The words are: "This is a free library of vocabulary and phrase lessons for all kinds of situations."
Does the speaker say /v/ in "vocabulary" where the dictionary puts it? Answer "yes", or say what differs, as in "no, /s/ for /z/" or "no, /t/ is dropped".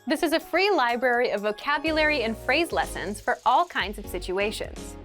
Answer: yes